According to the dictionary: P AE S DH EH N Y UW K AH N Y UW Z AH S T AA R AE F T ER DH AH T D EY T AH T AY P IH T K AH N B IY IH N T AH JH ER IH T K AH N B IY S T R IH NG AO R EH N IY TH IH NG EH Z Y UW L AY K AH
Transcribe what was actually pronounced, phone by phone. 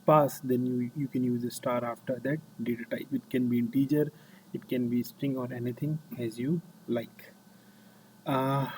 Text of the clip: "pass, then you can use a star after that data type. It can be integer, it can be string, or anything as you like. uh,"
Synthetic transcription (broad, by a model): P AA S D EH N Y UW K AH N Y UW Z AH S T AA R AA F T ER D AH T D EY T AH T AY P IH T K AH N B IY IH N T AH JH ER IH T K AH N B IY S T R IH NG AO R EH N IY T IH NG EH Z Y UW L AY K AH